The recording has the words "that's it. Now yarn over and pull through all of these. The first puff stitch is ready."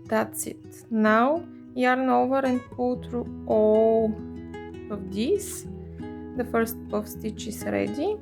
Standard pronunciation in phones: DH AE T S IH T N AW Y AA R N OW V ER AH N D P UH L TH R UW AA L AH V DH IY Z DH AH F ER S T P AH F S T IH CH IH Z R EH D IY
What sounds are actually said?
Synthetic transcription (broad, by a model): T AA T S IH T N AW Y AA R N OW V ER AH N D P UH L T R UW AA L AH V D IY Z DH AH F ER S T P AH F S T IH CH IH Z R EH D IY